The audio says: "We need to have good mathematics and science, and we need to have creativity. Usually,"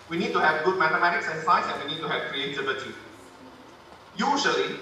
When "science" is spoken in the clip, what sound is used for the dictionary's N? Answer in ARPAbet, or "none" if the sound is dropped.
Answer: none